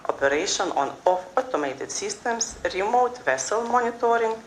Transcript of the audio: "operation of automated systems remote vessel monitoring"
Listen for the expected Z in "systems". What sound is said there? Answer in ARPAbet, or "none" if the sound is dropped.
S